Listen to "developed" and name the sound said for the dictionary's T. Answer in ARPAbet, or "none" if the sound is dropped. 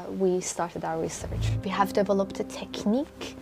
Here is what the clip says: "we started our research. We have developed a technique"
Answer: T